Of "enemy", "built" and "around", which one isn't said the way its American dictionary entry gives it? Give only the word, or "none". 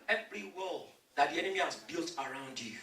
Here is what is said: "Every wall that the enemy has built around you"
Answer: none